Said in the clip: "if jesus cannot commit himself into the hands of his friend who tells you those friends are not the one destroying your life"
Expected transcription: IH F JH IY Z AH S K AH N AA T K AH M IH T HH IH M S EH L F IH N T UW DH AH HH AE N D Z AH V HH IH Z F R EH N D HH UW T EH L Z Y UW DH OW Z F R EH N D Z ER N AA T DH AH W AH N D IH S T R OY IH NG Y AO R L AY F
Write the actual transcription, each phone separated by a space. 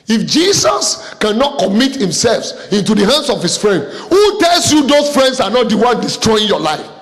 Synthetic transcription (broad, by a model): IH F JH IY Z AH S K AH N AA T K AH M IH T HH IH M S EH L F IH N T UW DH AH HH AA N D S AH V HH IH S F R EH N D HH UW T EH L S Y UW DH OW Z F R EH N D S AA N AA T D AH W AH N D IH S T R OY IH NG Y AO L AY F